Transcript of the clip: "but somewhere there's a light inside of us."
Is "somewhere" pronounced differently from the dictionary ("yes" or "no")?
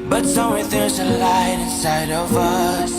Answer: yes